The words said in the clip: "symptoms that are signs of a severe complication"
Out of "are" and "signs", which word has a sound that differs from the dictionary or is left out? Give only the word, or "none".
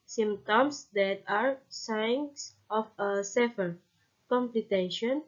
signs